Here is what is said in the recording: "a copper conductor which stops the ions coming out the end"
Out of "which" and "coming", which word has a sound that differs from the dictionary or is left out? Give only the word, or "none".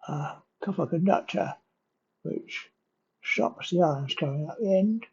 coming